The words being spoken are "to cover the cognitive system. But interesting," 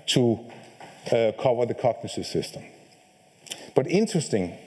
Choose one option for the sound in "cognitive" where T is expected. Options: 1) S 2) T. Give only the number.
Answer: 1